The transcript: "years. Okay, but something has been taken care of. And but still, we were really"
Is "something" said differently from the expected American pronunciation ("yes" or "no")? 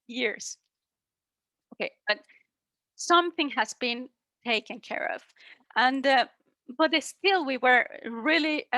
no